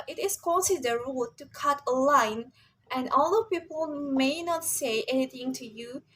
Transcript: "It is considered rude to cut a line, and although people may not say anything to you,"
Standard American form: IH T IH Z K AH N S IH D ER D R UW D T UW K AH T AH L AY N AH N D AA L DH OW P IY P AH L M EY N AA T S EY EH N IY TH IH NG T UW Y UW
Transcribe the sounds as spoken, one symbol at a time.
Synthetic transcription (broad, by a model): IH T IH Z K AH S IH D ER R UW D T UW K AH T AH L AY N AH N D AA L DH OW P IY P AH L M EY N AA T S EY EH N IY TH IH NG T UW Y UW